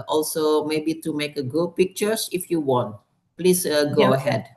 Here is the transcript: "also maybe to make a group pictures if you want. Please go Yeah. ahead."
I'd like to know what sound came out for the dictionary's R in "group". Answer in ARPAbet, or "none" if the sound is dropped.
none